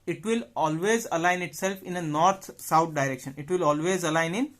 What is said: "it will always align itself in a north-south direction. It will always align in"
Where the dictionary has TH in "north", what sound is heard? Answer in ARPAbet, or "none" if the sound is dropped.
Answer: T